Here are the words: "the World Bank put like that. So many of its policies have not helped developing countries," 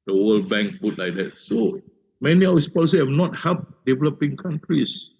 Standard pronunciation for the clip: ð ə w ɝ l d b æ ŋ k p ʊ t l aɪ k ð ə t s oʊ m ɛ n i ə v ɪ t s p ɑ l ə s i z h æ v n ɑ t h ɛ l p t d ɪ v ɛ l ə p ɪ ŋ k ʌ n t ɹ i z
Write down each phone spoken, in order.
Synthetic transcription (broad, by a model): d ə w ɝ l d b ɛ ŋ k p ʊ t l aɪ k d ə t s oʊ m ɛ n i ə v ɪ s p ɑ l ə s i h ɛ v n ɑ t h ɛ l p d ɪ v ɛ l ə p ɪ ŋ k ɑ n t ɹ i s